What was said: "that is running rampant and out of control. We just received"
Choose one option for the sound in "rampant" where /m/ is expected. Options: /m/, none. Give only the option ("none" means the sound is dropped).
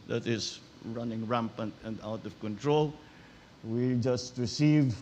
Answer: /m/